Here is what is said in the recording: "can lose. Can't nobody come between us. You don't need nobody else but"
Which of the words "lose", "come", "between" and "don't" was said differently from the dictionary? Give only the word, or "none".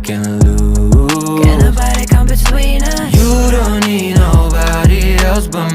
lose